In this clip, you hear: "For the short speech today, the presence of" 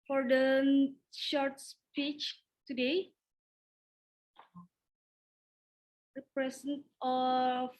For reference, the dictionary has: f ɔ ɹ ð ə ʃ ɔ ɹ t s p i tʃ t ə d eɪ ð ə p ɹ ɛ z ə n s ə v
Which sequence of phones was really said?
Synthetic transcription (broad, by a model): f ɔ ɹ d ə ʃ ɔ ɹ t s p i tʃ t ə d eɪ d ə p ɹ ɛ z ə n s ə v